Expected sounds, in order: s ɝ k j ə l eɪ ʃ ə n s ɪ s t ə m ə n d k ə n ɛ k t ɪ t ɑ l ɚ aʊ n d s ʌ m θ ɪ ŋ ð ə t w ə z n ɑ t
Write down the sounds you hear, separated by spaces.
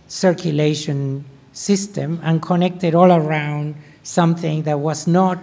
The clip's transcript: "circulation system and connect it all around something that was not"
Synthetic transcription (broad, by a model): s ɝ k j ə l eɪ ʃ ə n s ɪ s t ə m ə n k ə n ɛ k t ɪ t ɑ l ɚ aʊ n d s ʌ m θ ɪ ŋ ð ə t w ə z n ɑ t